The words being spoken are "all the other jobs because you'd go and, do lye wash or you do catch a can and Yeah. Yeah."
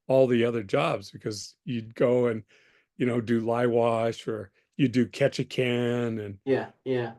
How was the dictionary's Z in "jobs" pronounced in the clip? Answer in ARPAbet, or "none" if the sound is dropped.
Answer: Z